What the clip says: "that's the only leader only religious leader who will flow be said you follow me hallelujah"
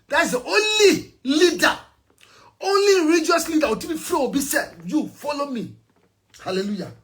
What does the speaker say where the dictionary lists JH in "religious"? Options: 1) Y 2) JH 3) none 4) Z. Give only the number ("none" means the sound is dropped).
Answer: 3